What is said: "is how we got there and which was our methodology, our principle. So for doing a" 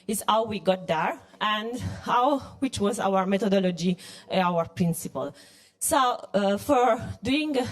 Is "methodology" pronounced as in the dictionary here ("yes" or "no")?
no